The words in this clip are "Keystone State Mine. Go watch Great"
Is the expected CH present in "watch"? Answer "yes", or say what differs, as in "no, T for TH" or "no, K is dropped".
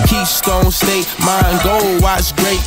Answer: no, S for CH